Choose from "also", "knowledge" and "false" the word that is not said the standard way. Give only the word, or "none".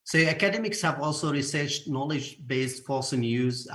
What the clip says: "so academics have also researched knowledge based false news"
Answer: false